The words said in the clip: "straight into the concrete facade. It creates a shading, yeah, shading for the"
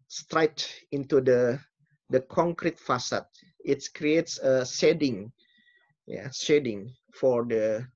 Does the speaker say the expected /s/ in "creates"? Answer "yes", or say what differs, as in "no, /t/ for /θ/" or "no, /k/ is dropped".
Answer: yes